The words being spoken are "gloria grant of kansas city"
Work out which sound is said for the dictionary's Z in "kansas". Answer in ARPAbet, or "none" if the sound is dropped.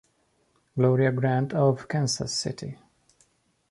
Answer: S